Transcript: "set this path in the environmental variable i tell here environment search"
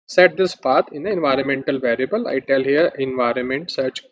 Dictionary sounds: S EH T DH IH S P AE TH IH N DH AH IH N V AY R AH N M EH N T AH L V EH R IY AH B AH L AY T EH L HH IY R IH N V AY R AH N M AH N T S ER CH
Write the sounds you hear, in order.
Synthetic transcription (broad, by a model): S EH T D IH S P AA T IH N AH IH N V AY R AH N M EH N T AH L V EH R IY AH B AH L AY T EH L HH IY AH IH N V AY R AH N M AH N T S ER CH